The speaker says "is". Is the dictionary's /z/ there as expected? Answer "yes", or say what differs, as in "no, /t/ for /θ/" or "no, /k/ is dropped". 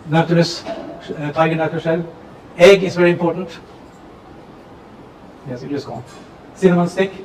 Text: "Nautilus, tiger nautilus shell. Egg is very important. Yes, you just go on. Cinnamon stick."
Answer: no, /s/ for /z/